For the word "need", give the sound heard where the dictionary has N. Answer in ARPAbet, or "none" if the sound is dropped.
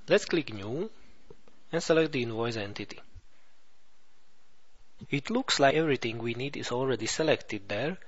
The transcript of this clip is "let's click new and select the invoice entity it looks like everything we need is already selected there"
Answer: N